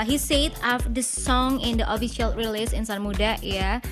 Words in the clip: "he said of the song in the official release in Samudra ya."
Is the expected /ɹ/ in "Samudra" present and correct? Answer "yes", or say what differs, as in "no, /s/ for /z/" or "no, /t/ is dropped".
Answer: no, /ɹ/ is dropped